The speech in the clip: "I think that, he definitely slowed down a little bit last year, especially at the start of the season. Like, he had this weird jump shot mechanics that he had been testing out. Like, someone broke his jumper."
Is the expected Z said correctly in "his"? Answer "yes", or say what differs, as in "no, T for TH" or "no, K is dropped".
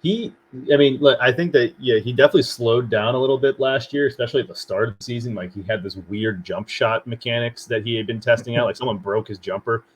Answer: yes